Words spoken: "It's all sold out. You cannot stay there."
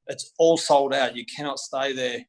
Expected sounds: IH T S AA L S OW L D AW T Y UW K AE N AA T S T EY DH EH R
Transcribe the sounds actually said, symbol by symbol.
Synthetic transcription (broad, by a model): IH T S AA L S OW L D AW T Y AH K AE N AA T S T EY DH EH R